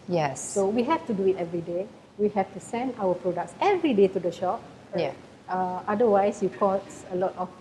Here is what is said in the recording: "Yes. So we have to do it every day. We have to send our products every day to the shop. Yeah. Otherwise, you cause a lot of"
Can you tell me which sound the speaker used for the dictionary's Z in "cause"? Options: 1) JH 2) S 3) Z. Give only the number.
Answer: 2